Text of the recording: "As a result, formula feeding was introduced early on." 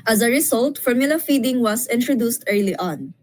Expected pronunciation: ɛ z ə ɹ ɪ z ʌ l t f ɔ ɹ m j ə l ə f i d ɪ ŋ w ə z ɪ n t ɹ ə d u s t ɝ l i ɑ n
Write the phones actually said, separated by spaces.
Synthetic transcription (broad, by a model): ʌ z ə ɹ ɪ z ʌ l t f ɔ ɹ m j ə l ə f i d ɪ ŋ w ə s ɪ n t ɹ ə d u s t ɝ l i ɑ n